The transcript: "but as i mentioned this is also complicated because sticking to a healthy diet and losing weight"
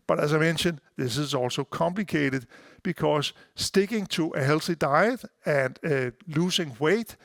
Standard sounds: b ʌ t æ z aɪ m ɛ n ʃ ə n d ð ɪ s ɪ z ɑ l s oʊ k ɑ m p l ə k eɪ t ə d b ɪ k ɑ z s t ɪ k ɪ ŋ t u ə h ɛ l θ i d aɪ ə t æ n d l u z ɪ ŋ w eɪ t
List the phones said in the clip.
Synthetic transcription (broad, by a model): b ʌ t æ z aɪ m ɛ n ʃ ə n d ð ɪ s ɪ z ɑ l s oʊ k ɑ m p l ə k eɪ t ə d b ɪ k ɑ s s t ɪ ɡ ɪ ŋ s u ə h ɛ l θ i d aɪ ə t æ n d l u s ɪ ŋ w eɪ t